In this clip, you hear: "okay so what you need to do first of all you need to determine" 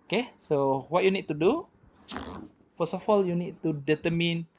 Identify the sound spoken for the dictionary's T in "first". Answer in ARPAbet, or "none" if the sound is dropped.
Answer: none